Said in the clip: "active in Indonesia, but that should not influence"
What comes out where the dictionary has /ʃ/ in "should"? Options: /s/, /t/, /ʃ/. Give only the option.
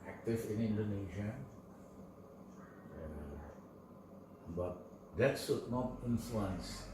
/s/